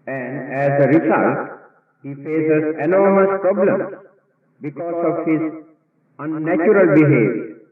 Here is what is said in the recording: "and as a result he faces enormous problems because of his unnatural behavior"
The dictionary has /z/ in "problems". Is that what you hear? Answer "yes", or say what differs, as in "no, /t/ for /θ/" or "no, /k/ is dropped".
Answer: no, /z/ is dropped